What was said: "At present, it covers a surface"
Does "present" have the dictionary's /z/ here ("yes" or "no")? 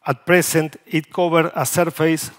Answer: no